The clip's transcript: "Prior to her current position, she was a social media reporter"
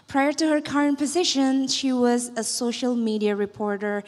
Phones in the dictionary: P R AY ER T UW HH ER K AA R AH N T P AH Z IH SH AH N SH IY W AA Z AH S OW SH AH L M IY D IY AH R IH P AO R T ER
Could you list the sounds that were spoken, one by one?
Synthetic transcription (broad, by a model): P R AY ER T UW HH ER K AA R AH N T P AH Z IH SH AH N SH IY W AA Z AH S OW SH AH L M IY D IY AH R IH P AO R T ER